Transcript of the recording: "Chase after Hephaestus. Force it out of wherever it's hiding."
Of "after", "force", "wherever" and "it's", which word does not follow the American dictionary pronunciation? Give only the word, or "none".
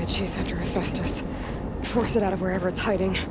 none